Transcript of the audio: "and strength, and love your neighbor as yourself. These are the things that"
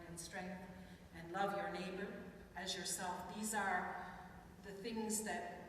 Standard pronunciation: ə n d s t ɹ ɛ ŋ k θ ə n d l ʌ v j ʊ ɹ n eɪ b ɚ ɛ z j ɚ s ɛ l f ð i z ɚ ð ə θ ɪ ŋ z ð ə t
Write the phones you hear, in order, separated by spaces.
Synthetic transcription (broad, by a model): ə n s t ɹ ɛ ŋ k θ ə n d l ʌ v j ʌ ɹ n eɪ b ɚ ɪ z j ɚ s ɛ l f ð i z ɚ ð ə θ ɪ ŋ z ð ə t